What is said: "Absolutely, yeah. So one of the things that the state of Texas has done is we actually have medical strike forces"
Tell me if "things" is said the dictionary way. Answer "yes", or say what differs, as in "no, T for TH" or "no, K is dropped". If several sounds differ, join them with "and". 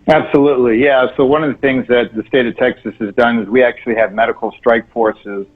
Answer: yes